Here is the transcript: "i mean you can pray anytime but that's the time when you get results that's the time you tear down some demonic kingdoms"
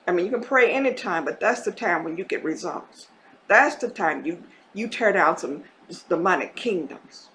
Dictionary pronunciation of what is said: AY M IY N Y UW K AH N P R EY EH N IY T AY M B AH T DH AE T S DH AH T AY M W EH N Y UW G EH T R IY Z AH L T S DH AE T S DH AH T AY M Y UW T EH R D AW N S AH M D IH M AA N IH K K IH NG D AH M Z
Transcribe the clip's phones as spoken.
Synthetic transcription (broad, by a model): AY M IY N Y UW K AH N P R EY EH N IY T AY M B AH T DH AE T S DH AH T AY M W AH N Y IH G EH T R IY Z AH L T S DH AE T S DH AH T AY M Y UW T EH R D AW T S AH M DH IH M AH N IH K K IH NG D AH M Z